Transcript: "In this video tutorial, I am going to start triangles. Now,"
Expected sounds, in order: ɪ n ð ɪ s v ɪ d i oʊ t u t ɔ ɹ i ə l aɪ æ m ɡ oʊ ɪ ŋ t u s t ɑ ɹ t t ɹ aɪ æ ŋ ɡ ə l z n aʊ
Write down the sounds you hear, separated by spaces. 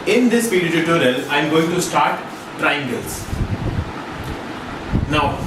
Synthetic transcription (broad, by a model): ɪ n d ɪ s p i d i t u t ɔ ɹ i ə l aɪ m ɡ oʊ ɪ ŋ t u s t ɑ ɹ t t ɹ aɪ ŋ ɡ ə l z n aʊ